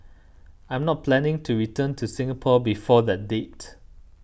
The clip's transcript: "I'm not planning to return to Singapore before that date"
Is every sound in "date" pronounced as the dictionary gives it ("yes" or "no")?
yes